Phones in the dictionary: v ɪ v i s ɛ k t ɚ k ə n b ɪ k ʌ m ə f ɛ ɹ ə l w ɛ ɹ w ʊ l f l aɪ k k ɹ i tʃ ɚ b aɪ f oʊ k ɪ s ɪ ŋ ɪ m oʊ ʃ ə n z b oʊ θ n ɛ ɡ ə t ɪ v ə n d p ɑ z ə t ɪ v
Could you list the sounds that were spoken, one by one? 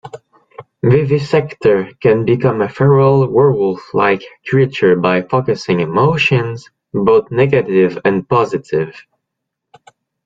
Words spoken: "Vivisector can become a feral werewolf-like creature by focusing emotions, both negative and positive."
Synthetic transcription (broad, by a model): v ɪ v i s ɛ k t ɚ k ə n b ɪ k ʌ m ə f ɛ ɹ ə l w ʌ ɹ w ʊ l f l aɪ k k ɹ i tʃ ɚ b aɪ f oʊ k ɪ s ɪ ŋ ɪ m oʊ ʃ ə n z b oʊ θ n ɛ ɡ ə t ɪ v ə n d p ɑ z ə t ɪ v